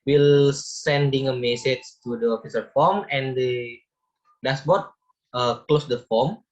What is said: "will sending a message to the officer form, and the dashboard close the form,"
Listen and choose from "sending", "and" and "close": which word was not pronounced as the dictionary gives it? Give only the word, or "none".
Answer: none